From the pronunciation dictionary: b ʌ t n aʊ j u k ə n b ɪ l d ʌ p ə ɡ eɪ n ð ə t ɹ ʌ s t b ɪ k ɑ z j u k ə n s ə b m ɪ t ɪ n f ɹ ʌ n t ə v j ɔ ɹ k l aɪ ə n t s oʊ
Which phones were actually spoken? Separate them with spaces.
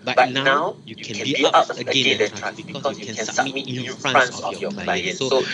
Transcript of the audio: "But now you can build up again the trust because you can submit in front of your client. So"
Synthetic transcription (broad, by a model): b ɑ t n aʊ j u k ə n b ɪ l ʌ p ə ɡ eɪ n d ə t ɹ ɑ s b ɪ k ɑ s j u k ə n s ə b m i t ɪ n f ɹ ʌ n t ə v j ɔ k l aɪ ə n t s oʊ